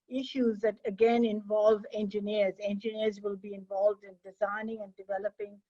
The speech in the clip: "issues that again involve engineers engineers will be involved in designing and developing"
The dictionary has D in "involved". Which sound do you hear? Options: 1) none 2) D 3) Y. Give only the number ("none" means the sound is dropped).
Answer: 2